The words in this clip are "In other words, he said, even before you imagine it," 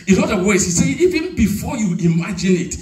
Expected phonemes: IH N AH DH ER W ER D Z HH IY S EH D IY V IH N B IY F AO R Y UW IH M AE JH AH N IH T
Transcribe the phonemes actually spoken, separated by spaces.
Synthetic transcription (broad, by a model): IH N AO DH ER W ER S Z HH IY S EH IY V IH N B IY F AO Y UW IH M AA JH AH N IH T